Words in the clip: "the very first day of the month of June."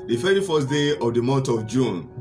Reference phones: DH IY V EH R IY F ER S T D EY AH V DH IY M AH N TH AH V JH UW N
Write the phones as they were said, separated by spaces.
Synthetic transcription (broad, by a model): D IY F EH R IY F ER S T D EY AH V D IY M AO N T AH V JH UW N